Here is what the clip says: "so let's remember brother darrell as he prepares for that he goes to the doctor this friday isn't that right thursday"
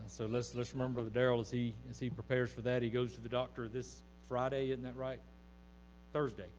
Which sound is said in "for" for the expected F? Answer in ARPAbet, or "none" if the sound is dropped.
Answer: F